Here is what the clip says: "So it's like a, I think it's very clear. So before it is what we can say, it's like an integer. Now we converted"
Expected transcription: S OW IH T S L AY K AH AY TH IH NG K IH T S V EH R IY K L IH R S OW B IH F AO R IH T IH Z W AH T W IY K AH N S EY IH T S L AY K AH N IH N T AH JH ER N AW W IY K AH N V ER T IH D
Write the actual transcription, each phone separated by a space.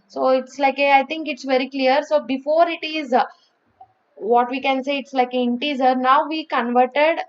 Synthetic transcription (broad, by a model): S OW IH T S L AY K AH AY T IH NG K IH T S V EH R IY K L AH R S OW B IH F AO R IH T IH Z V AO T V IY K AH N S EY IH T S L AY K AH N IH N T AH Z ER N AW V IY K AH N V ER T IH D